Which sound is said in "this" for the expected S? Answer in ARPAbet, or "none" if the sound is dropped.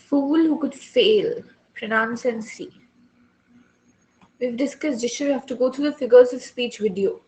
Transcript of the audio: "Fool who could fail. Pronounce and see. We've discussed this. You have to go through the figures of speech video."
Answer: SH